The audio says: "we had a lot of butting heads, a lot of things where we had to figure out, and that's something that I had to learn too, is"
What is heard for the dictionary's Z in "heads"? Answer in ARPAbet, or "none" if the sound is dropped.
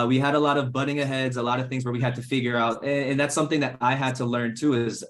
Z